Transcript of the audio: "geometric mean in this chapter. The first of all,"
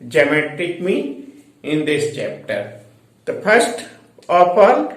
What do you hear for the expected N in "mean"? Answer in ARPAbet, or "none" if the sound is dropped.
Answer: none